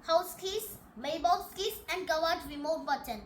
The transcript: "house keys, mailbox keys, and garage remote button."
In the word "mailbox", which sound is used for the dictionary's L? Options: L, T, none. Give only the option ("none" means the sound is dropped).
none